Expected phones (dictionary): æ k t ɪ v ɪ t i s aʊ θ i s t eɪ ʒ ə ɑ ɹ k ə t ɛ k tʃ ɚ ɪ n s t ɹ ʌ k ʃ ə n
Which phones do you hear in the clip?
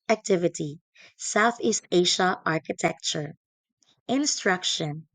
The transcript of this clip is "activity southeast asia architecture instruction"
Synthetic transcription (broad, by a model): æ k t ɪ v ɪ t i s aʊ θ i s t eɪ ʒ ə ɑ ɹ k ə t ɛ k tʃ ɚ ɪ n s t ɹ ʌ k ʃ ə n